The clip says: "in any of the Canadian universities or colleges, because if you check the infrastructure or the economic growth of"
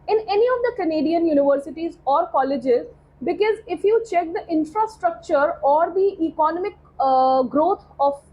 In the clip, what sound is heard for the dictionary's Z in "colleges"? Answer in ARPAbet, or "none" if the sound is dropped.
Z